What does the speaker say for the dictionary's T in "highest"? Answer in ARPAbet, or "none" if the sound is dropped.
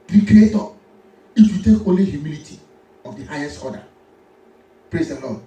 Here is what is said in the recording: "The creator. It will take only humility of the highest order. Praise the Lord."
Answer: T